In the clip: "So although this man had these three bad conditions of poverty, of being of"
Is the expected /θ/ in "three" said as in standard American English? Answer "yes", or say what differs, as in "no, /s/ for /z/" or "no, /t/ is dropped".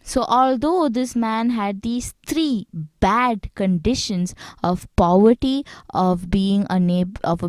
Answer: no, /t/ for /θ/